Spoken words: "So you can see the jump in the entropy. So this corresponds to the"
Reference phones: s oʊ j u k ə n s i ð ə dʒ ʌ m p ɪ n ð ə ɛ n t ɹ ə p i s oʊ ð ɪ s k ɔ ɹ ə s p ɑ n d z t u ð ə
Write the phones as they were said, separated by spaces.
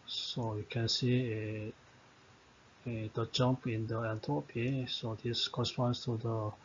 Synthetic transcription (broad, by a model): s oʊ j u k ə n s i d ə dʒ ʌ m p ɪ n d ə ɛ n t ə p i s oʊ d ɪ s k ɔ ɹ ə s p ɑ n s t u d ə